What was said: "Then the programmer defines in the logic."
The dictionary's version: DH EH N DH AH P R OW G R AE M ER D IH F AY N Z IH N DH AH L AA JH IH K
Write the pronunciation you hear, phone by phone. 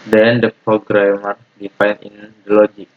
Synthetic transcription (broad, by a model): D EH N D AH P R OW G R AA M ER D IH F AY N IH N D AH L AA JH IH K